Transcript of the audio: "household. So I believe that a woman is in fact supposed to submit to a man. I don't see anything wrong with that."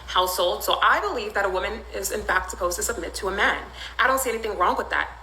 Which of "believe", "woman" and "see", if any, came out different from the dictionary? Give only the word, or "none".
none